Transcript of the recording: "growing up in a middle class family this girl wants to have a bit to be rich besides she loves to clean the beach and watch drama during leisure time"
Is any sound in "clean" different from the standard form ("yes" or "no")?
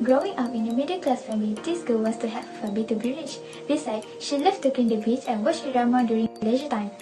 yes